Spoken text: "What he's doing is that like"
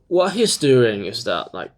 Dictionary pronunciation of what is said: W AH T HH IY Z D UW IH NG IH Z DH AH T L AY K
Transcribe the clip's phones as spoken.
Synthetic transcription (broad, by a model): W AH T HH IY Z D UW IH NG IH Z DH AH T L AY K